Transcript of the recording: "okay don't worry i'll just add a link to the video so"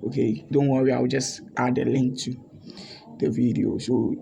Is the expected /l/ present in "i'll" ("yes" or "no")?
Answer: no